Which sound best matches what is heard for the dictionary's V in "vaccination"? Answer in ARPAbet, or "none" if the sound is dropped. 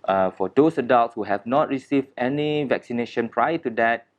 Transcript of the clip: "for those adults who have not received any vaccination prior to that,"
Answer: V